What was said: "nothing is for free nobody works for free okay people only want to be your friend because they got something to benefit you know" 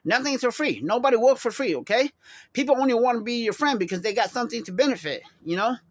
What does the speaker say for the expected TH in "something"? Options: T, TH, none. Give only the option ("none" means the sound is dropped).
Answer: TH